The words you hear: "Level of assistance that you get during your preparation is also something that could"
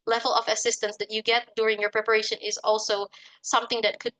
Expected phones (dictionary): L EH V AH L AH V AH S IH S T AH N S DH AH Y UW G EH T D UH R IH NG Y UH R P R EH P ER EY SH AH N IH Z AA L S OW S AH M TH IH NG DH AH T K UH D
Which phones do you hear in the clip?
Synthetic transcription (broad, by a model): L EH V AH L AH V AH S IH S T AH N S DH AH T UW G EH T D UH R IH NG Y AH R P R EH P ER EY SH AH N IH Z AA L S OW S AH M TH IH NG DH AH T K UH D